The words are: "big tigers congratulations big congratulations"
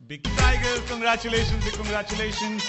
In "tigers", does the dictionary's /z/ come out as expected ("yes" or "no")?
no